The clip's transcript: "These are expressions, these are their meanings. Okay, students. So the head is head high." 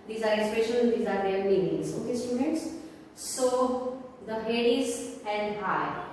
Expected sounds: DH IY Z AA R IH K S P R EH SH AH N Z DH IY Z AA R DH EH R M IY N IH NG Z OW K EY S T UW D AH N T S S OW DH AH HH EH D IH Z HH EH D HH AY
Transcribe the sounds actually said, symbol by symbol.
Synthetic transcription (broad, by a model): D IY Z AA R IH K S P EH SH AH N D IY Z AA R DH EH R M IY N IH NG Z OW K EY S T UW D AH N T S S OW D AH HH EH D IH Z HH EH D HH AY